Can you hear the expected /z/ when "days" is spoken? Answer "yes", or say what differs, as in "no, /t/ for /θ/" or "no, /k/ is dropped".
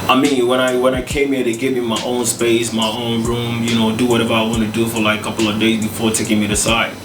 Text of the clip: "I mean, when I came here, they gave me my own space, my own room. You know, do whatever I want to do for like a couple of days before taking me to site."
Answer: yes